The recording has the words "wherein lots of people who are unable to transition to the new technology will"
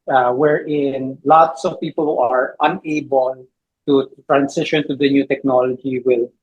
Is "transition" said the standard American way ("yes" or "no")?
no